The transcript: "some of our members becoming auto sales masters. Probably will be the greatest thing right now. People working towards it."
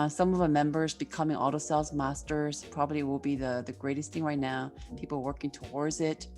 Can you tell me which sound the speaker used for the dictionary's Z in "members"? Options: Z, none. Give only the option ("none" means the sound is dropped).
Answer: Z